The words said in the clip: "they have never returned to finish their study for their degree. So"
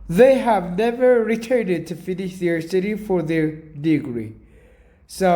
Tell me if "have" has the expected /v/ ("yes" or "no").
yes